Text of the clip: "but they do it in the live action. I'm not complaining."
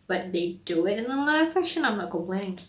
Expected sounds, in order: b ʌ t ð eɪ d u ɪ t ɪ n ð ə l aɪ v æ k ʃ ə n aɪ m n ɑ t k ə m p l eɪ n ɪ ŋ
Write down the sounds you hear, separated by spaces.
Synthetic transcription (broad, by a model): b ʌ t ð eɪ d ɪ ɪ t ɪ n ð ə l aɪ f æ ʃ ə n aɪ m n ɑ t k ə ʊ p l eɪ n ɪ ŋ